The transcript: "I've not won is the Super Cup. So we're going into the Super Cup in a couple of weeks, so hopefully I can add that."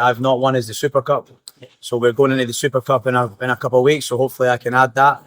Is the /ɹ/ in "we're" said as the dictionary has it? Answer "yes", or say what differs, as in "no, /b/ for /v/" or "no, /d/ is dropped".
yes